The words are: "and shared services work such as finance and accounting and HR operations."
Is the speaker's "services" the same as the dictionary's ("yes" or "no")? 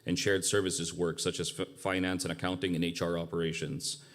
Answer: yes